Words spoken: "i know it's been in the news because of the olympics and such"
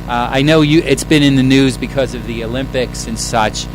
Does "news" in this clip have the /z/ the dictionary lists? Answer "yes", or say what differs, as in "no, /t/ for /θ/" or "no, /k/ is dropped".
yes